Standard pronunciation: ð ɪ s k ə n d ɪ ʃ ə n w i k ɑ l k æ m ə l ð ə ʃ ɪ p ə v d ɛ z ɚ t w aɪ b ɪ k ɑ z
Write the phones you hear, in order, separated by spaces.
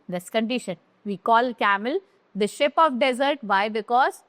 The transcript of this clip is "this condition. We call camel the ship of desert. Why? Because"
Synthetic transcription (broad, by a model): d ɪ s k ə n d ɪ ʃ ə n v i k ɑ l k æ m ə l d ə ʃ ɪ p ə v d ɛ z ɚ t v aɪ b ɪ k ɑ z